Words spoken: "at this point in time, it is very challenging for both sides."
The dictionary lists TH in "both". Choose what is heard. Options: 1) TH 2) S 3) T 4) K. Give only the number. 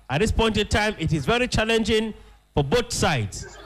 3